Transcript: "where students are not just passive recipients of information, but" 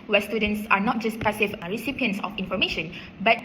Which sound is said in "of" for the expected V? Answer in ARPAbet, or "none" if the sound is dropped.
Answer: F